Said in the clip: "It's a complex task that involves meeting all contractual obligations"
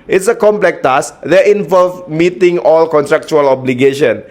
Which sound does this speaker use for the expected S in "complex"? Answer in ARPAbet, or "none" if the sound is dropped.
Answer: none